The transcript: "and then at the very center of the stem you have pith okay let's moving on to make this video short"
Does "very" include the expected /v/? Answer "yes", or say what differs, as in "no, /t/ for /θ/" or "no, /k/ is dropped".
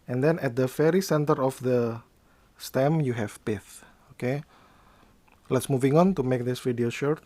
no, /f/ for /v/